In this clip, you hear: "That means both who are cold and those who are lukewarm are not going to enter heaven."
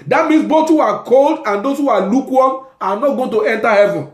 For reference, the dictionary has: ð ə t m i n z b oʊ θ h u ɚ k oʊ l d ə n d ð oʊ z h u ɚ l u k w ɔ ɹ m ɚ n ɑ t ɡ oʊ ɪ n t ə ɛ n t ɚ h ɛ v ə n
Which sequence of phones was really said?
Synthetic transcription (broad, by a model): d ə t m i n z b oʊ t h u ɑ k oʊ l d ə n d oʊ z h u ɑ l u k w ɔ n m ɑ n ɑ t ɡ oʊ ɪ n t ə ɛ n t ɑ h ɛ v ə n